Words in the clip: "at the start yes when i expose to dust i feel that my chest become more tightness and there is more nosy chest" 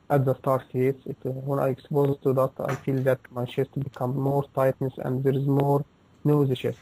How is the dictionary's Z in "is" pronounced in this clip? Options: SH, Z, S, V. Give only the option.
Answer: Z